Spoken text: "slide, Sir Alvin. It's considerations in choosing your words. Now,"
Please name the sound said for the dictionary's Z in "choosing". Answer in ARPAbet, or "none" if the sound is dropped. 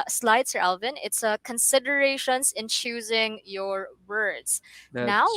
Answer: Z